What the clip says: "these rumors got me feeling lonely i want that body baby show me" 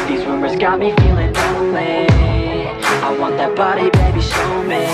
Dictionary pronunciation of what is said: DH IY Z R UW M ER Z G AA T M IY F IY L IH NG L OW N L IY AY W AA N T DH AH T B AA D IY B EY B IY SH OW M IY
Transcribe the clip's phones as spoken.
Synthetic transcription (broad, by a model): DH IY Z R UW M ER Z G AA T M IY F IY L IH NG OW L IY AY W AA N DH AH T B AA D IY B EY B IY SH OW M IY